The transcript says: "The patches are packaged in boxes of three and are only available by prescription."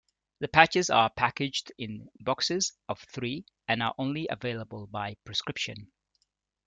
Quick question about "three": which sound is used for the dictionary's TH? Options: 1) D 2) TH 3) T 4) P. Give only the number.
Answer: 2